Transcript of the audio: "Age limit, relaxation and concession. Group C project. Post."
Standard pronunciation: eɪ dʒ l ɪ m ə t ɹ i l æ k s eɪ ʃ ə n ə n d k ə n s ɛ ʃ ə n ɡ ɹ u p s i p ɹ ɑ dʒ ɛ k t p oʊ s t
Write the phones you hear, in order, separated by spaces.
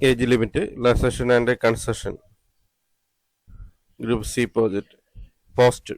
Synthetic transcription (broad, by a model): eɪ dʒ l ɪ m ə t l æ s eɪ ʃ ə n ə n d k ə n s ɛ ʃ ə n ɡ ɹ u p s i p ɑ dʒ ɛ t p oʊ s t